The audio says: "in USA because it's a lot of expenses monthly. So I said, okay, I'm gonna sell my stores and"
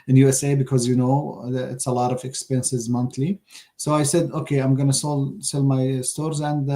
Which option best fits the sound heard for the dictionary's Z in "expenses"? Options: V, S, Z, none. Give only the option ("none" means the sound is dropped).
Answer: Z